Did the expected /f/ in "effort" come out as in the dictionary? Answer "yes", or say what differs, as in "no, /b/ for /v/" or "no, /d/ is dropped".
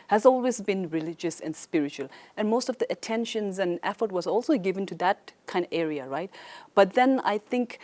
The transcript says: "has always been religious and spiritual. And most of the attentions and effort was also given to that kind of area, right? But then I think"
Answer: yes